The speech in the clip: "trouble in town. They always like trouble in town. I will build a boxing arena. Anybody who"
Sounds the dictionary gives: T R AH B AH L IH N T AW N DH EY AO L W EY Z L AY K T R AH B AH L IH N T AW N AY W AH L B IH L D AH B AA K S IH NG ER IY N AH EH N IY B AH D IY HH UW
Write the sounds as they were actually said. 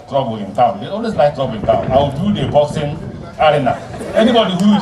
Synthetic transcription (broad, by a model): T R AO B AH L IH N T AW N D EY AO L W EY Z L AY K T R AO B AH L IH N T AW N AY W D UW D AH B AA S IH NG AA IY N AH EH N IY B AH D IY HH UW